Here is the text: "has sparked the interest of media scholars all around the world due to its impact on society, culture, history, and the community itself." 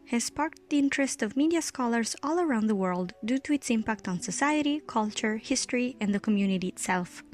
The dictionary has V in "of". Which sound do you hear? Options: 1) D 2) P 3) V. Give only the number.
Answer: 3